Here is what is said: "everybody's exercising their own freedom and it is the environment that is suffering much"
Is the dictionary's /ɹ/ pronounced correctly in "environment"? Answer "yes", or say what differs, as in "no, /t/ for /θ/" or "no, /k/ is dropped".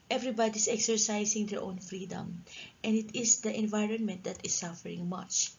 yes